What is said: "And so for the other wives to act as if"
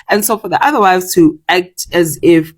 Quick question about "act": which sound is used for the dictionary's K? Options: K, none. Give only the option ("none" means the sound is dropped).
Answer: K